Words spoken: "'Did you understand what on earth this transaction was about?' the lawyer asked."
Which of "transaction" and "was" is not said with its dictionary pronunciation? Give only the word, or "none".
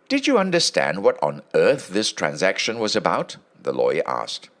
none